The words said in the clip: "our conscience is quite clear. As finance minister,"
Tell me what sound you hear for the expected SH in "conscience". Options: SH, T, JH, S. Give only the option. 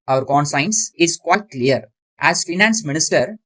S